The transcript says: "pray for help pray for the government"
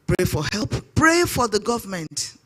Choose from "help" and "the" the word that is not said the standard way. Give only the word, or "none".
none